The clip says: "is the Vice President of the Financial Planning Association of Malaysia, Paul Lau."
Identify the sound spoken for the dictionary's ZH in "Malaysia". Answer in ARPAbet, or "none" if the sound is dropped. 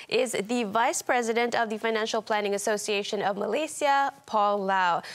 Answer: S